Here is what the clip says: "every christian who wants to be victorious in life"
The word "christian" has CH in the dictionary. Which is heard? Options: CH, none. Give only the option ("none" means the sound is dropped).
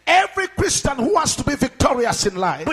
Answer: CH